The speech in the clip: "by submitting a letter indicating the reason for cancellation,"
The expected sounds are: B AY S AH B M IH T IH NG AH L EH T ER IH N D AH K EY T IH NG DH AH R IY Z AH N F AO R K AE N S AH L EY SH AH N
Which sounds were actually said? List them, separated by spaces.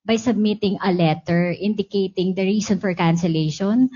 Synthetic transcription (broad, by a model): B AY S AH B M IH T IH NG AH L EH T ER IH N D AH K EY T IH NG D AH R IY S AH N F AO R K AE N S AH L EY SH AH N